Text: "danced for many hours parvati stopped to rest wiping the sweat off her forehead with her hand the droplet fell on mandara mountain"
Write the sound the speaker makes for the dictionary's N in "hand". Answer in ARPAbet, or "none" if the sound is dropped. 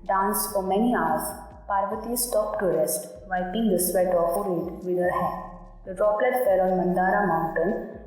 none